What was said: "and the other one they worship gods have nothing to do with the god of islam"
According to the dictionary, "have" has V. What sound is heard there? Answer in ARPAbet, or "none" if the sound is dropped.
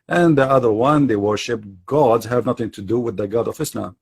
V